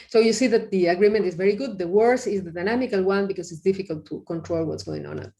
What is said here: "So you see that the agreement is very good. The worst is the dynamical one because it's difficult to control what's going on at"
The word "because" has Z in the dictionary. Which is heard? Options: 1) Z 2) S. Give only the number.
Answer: 2